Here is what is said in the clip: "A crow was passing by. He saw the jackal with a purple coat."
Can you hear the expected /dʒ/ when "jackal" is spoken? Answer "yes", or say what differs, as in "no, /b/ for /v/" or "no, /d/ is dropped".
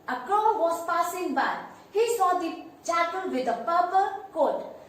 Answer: no, /tʃ/ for /dʒ/